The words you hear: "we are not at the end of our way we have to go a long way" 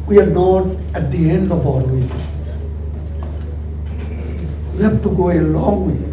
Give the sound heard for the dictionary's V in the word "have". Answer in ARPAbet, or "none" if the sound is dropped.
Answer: F